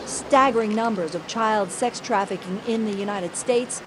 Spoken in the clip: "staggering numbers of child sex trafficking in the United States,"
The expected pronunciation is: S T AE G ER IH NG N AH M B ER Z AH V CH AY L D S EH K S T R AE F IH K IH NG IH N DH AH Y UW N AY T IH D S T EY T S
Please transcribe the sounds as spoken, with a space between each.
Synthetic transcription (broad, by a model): S T AE G ER IH NG N AH M B ER Z AH V CH AY L D S EH K S T R AE F IH K IH NG IH N DH AH Y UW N AY T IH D S T EY T S